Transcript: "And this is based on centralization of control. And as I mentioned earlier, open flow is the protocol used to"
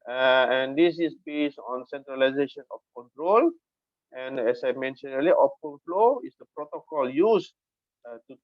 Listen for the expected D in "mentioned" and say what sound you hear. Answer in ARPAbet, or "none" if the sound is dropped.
none